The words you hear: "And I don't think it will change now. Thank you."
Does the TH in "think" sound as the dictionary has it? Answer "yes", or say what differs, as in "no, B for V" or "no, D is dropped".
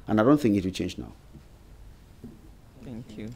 yes